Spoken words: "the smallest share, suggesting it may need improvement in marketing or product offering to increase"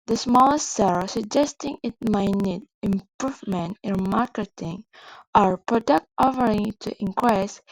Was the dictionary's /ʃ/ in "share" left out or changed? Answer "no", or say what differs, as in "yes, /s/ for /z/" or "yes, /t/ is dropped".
yes, /s/ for /ʃ/